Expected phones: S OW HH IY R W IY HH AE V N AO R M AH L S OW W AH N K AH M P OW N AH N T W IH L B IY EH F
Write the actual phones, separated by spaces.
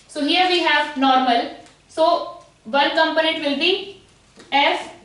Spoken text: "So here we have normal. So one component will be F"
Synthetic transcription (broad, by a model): S OW HH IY R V IY HH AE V N AO R M AH L S OW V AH L K AH M P OW N AH N T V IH L B IY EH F